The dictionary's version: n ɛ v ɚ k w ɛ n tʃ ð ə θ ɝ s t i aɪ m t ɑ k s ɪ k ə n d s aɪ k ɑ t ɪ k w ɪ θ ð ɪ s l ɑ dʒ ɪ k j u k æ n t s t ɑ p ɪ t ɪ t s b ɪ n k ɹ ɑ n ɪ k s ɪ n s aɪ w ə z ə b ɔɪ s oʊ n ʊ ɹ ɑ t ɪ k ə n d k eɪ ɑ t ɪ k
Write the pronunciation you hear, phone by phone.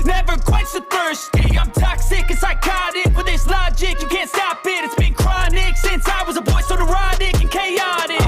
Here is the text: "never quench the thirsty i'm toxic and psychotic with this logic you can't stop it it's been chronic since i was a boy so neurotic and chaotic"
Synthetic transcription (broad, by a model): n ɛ v ɚ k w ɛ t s ð ə f ɝ s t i aɪ m t ɑ k s ɪ k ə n s aɪ k ɑ t ɪ k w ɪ ð ɪ s l ɑ dʒ ɪ k j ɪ k æ n t s t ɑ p ɪ t ɪ t s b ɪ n k ɹ ɑ n ɪ k s ɪ n s aɪ w ə z ə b ɔɪ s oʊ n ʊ ɹ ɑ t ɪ k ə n k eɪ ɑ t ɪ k